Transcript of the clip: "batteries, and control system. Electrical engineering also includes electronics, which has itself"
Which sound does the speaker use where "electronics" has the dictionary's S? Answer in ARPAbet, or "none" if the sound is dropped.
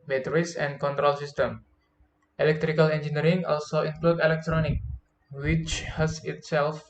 none